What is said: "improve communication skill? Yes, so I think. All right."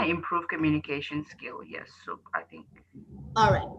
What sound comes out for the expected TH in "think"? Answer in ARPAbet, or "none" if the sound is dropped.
TH